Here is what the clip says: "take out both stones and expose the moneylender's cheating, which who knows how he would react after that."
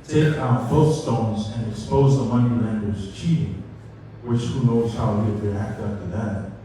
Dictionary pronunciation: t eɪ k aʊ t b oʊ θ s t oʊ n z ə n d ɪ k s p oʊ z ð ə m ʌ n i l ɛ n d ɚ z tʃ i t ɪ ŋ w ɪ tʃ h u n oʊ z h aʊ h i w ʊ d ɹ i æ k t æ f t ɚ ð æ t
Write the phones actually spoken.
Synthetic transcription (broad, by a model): t eɪ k aʊ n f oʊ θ s t oʊ n z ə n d ɪ k s p oʊ z ð ə m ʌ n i ɛ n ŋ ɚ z tʃ i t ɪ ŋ w ɪ tʃ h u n oʊ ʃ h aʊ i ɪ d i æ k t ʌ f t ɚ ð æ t